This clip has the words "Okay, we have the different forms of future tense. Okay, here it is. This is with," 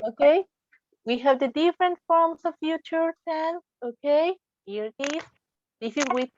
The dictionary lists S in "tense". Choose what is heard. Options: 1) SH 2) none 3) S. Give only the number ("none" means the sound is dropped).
2